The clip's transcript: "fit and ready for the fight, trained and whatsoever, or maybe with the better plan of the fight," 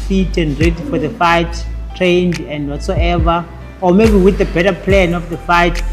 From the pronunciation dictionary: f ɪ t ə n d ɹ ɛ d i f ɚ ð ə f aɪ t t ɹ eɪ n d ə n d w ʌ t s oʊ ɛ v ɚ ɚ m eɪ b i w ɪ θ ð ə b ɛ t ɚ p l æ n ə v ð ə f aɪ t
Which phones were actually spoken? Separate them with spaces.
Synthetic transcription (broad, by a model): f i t ə n d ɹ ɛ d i f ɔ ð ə f aɪ t t ɹ eɪ n d ə n d w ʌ t s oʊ ɛ v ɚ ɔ m eɪ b i w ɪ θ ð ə b ɛ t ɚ p l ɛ n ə f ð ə f aɪ t